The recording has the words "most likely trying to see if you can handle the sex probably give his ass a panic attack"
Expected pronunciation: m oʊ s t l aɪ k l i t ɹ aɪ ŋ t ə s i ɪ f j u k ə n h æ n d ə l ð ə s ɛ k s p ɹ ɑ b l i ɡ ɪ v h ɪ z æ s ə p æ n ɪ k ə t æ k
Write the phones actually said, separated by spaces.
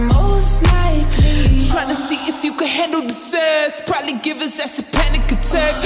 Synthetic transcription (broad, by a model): m oʊ s t l aɪ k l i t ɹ aɪ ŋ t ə s i ɪ f j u k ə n h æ n d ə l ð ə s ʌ s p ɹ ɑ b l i ɡ ɪ v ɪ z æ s ə p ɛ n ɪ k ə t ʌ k